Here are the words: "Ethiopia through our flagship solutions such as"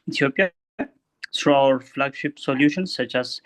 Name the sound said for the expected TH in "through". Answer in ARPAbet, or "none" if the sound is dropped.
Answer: S